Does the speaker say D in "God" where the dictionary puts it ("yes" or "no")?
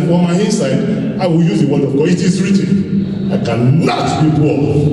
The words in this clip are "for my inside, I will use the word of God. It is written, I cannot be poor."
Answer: no